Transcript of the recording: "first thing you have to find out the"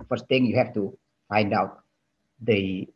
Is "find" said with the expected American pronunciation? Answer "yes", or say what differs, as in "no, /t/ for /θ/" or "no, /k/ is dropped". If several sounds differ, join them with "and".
yes